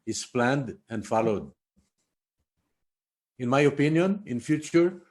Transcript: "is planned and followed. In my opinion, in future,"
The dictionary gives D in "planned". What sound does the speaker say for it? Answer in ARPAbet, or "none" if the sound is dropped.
D